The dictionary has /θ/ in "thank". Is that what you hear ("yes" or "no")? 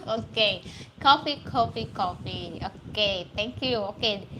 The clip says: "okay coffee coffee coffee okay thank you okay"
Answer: no